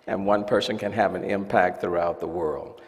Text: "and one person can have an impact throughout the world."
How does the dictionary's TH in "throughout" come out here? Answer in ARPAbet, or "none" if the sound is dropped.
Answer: TH